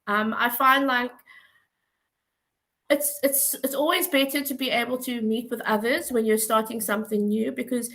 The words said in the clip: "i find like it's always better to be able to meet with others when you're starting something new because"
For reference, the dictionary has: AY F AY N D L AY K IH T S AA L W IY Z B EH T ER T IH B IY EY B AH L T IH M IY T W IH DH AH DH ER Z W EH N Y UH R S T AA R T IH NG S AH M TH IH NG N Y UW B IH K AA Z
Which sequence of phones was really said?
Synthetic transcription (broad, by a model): AY F AY N D L AY K IH T S AA L W IY Z B EH T ER T IH B IY EY B AH L T IH M IY T W IH DH AH DH ER Z W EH N Y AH R S T AA R T IH NG S AH M TH IH NG N Y UW B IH K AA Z